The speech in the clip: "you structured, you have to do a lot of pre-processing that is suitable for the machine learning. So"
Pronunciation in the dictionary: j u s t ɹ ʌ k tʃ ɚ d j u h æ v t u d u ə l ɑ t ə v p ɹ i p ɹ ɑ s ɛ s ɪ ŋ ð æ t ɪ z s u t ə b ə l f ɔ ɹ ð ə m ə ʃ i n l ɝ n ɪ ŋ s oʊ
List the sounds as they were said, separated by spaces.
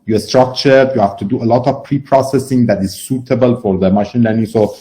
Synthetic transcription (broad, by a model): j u s t ɹ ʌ k tʃ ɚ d j u h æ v t u d u ə l ɑ t ə v p ɹ i p ɹ ɑ s ɛ s ɪ ŋ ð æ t ɪ z s u t ə b ə l f ɔ ɹ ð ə m ə ʃ i n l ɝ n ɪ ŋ s oʊ